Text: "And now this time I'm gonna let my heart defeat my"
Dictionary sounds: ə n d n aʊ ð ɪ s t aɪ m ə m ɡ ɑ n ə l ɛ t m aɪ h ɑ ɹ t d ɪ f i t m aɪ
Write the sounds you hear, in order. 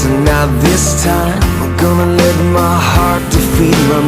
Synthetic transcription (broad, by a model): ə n n aʊ ð ɪ s t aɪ ə m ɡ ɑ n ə l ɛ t m aɪ h ɑ ɹ t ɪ f i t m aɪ